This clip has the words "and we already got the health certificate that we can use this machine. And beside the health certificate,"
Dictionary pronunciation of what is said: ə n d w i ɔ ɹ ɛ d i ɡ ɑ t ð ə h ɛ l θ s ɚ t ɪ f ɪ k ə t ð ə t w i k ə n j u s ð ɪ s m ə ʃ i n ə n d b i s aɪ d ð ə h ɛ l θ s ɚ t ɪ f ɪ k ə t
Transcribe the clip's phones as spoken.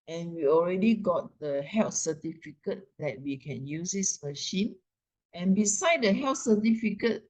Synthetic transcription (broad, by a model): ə n w i ɔ ɹ ɛ d i ɡ ɑ t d ə h ɛ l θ s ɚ t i f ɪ k ə t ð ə t w i k ə n j u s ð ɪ s m ə ʃ i n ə n b i s aɪ d ə h ɛ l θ s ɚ t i f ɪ k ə t